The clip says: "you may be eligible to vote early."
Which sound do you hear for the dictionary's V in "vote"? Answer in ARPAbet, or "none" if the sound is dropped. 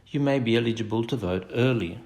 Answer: V